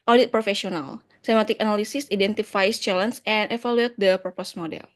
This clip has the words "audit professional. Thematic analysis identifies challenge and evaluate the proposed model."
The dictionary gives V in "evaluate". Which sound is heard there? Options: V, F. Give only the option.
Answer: F